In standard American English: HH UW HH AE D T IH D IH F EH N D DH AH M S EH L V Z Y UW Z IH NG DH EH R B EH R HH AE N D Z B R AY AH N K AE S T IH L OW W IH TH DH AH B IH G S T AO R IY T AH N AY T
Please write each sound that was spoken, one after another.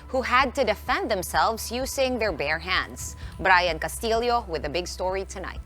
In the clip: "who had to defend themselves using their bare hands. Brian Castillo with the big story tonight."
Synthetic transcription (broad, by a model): HH UW HH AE D T IH D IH F EH N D DH AH M S EH L V Z Y UW Z IH NG DH EH R B EH R HH AE N D Z B R AY AH N K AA S T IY L OW W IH DH AH B IH G S T AO R IY T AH N AY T